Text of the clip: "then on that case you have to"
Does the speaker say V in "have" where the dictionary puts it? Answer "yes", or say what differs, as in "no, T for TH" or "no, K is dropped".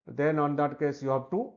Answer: no, B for V